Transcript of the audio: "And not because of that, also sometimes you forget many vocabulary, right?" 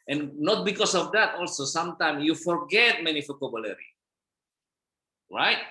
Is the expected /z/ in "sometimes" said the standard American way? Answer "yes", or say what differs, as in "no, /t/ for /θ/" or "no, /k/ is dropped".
no, /z/ is dropped